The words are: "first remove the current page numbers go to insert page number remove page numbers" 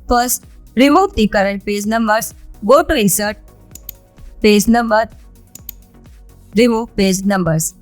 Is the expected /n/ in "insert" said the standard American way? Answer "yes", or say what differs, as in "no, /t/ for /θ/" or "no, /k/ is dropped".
no, /n/ is dropped